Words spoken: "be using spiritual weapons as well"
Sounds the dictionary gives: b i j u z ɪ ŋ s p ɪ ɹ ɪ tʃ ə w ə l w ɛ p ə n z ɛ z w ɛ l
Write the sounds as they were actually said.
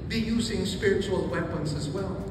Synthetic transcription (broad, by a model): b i j u z ɪ ŋ s p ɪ ɹ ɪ tʃ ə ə l w ɛ p ə n z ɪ z w ɛ l